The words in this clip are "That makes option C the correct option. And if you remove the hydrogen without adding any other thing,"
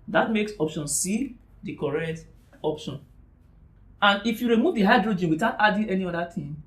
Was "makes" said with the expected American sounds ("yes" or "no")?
yes